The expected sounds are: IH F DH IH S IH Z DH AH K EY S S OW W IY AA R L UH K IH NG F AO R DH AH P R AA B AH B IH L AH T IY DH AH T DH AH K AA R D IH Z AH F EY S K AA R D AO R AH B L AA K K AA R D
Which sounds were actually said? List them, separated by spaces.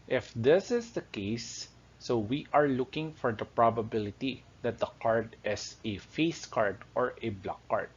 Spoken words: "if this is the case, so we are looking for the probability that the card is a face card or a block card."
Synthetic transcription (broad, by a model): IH F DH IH S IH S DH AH K EY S S OW W IY AA R L UH K IH NG F AO R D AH P R AA B AH B IH L AH T IY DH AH T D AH K AA R D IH S AH F EY S K AA R D AO R AH B L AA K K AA R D